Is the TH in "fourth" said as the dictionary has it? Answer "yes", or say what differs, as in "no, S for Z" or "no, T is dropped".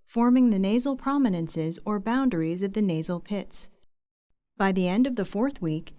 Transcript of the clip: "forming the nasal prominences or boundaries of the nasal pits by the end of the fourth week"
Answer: yes